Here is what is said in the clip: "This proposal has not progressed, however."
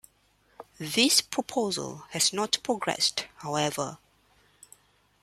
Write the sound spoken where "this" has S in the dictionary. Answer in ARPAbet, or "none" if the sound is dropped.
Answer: S